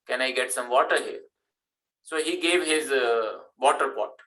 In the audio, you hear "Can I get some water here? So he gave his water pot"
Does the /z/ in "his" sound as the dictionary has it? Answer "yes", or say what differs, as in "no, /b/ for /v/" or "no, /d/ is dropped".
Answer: yes